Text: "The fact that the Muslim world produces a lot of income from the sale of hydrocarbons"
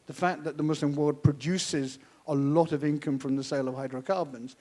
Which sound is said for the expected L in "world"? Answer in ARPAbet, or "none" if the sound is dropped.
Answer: none